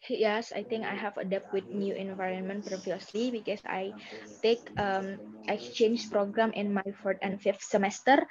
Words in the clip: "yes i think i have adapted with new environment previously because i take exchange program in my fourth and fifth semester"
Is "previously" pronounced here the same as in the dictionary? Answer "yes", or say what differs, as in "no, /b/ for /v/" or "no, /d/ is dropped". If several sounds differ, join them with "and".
yes